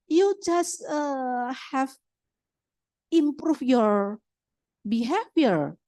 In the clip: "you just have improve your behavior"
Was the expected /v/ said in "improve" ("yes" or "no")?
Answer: no